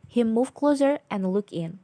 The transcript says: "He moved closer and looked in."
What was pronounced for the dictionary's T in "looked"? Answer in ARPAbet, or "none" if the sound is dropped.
none